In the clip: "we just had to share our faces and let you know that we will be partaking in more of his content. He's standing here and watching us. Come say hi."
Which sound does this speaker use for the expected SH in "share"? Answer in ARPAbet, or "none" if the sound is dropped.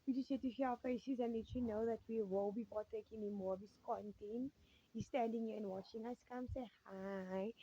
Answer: S